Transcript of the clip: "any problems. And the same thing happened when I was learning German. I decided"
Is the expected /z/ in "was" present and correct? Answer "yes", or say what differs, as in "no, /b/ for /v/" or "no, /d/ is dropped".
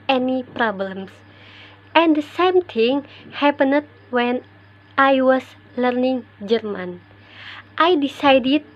no, /s/ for /z/